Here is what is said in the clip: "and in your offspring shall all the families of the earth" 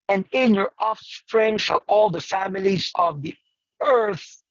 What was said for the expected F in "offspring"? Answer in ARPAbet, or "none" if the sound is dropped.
F